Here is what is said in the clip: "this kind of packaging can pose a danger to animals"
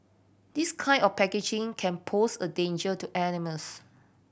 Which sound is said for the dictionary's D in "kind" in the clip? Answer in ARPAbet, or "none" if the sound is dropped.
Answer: none